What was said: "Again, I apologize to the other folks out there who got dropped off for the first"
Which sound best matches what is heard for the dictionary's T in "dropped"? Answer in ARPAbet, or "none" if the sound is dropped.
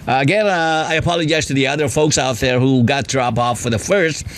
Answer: none